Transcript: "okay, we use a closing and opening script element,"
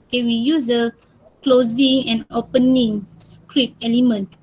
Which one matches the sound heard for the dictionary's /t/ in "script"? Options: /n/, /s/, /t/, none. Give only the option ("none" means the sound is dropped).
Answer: none